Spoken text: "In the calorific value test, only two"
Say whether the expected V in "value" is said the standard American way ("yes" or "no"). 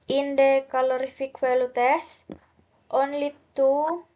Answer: no